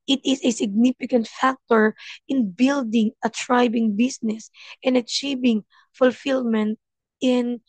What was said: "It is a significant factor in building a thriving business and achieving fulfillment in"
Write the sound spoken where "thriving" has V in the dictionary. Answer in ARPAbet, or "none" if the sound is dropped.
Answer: B